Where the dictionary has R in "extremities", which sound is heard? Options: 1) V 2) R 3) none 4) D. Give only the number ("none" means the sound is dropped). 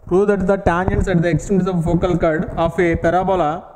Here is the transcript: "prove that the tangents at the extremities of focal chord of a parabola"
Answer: 3